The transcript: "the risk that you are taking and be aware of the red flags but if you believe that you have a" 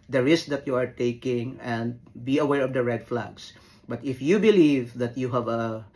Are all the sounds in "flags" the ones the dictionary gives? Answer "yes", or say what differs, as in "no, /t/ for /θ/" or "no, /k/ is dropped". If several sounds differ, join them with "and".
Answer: no, /s/ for /z/